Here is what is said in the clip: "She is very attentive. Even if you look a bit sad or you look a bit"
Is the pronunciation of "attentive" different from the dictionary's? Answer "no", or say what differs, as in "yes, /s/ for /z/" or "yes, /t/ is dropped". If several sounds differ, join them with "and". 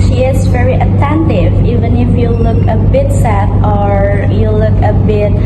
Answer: no